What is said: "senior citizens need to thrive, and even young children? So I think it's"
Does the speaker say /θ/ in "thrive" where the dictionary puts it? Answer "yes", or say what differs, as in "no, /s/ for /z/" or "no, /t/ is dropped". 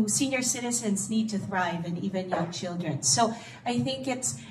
yes